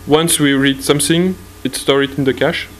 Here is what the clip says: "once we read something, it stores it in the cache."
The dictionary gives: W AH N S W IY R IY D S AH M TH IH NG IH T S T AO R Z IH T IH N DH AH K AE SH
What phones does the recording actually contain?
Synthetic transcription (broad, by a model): W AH N S W IY R IY D S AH M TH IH NG IH T S T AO R IH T IH N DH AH K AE SH